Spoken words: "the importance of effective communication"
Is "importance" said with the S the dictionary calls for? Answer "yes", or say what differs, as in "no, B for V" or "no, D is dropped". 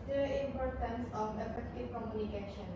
yes